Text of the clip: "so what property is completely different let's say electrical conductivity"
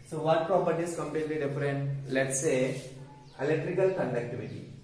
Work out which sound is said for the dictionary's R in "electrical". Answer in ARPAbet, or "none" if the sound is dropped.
R